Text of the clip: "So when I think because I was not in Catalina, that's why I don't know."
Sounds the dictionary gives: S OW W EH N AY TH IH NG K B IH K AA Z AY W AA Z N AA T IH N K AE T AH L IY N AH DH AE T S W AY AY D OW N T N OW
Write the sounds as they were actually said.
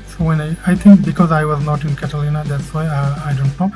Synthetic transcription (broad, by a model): S OW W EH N AY T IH NG K B IH K AA Z AY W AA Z N AA T IH N K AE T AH L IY N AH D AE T S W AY AY D OW N T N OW